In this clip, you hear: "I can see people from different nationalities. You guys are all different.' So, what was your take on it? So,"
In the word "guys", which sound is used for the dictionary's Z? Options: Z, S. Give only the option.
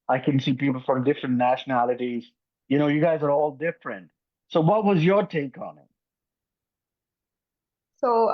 Z